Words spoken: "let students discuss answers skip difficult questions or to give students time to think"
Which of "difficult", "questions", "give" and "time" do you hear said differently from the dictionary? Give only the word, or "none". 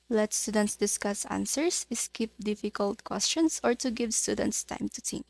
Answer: questions